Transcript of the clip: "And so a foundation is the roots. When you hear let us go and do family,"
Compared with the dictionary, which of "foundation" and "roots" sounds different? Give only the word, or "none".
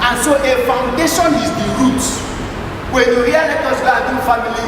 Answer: roots